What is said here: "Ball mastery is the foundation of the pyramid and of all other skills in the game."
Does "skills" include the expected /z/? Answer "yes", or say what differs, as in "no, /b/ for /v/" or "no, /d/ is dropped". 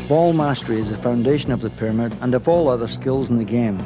yes